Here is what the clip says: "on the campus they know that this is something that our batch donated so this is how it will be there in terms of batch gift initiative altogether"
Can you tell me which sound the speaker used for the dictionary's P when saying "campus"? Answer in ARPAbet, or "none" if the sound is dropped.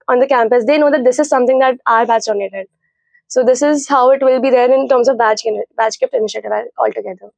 P